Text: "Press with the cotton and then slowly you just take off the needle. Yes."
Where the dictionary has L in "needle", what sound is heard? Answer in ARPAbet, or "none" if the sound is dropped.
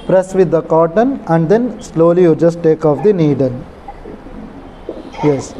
N